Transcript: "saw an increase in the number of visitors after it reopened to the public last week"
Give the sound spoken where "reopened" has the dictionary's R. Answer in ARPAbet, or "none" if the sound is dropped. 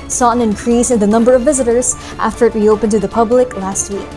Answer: W